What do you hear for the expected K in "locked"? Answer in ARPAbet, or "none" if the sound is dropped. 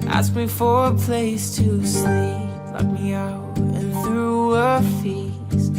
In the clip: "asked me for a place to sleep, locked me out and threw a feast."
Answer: none